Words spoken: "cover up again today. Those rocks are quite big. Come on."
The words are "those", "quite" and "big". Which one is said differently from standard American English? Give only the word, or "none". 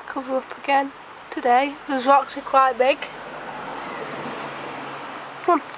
none